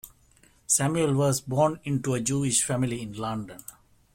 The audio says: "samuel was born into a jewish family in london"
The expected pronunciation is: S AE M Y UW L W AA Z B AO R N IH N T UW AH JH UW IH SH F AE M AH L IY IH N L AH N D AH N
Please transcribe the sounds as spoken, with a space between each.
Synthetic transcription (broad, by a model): S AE M Y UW L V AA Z B AO R N IH N T UW AH JH UW IH SH F AE M AH L IY IH N L AH N D AH N